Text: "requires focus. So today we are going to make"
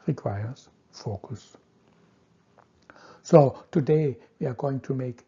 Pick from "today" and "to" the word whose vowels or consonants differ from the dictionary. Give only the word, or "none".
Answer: none